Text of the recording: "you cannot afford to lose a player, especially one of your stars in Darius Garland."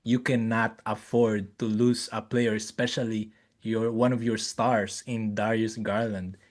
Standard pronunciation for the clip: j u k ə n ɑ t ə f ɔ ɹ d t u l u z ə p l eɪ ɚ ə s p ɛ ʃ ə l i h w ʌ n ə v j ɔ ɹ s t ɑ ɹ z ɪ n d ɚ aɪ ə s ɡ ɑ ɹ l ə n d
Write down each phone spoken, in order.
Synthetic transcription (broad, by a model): j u k ə n ɑ t ə f ɔ ɹ d t u l u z ə p l eɪ ɚ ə s p ɛ ʃ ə l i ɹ w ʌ n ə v j ɔ ɹ s t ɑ ɹ s ɪ n d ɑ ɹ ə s ɡ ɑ ɹ l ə n d